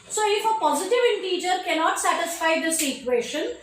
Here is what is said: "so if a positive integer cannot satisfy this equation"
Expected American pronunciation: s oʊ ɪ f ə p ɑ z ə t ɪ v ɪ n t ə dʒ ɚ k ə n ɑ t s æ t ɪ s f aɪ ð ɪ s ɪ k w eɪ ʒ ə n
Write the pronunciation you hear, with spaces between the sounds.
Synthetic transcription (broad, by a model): s oʊ ɪ f ə p ɑ z ə t ɪ v ɪ n t ə dʒ ɚ k ə n ɑ t s æ t ɪ s f aɪ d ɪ s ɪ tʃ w eɪ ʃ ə n